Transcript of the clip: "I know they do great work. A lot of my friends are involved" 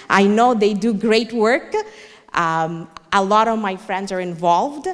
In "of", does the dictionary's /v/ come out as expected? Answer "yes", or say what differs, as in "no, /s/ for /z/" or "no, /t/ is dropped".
yes